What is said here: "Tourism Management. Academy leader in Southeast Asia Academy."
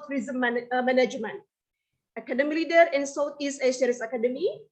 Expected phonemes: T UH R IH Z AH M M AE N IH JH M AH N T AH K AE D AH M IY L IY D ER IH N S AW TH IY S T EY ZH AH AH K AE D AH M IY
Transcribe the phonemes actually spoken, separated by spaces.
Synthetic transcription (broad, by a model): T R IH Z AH M M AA N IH JH M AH N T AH K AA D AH M IY L IY D ER IH N S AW T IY S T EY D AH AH K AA D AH M IY